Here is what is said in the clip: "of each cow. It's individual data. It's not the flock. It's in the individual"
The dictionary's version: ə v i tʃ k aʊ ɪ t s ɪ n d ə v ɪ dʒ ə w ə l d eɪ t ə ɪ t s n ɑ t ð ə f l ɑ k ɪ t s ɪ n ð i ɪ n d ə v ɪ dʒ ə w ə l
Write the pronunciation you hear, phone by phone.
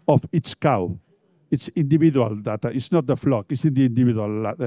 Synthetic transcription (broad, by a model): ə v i s k aʊ ɪ t s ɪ n d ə v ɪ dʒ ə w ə l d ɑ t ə ɪ t s n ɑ t ð ə f l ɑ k ɪ t s ɪ n ð i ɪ n d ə v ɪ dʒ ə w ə l